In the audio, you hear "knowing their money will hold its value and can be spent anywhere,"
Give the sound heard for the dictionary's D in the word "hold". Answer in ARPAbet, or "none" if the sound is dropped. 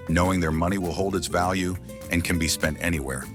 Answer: D